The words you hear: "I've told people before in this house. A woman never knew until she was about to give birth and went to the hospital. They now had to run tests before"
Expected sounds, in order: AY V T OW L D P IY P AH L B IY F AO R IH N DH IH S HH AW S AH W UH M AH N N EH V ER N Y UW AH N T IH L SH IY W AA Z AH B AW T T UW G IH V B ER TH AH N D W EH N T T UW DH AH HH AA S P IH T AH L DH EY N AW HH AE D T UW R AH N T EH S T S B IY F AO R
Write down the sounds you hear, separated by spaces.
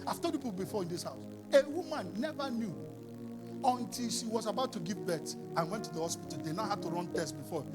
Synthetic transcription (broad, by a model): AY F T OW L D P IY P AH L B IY F AO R IH N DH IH S HH AW S AH W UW M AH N N EH V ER N Y UW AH N T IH L SH IY W AA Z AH B AW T T UW G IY V B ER S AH N W EH N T T UW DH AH HH AA S P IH T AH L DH EY N AW HH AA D T UW R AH N T EH S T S B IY F AO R